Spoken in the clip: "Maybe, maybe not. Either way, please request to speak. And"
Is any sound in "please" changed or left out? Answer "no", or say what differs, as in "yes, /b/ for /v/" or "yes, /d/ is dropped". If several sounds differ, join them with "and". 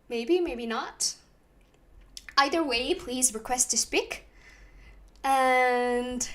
no